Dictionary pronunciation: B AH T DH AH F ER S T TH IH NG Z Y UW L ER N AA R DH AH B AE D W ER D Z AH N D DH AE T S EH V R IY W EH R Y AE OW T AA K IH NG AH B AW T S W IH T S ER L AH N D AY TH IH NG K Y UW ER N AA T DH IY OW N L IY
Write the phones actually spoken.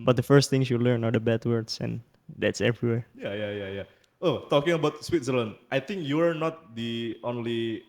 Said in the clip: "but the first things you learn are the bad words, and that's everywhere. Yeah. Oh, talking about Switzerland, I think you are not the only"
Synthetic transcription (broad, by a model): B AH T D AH F ER S T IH NG S Y UW L ER N AA R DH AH B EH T W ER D S AH N D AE T S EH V R IY W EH R Y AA OW T AA K IH NG AH B AW T S W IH T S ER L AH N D AY T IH NG K Y UW ER N AA T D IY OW N L IY